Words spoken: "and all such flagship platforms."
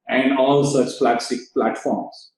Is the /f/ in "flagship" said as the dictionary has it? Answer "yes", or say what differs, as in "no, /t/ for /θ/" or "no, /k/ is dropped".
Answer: no, /p/ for /f/